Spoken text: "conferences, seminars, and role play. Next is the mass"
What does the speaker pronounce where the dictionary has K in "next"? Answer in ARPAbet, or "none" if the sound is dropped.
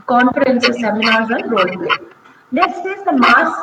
none